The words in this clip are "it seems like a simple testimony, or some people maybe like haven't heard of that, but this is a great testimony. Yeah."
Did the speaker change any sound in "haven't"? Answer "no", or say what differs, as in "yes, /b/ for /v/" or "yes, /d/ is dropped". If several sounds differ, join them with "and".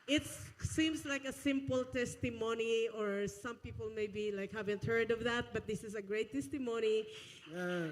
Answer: no